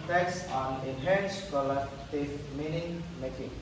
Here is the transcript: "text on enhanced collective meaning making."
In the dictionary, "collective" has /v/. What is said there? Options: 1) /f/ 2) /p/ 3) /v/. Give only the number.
1